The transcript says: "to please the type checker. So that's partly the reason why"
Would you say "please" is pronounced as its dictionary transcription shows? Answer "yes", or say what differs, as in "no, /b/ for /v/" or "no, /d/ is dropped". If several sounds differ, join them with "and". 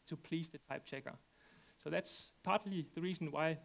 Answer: no, /s/ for /z/